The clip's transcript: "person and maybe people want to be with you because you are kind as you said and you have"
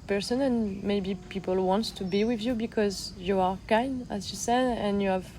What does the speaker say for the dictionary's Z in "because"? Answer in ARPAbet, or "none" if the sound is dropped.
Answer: Z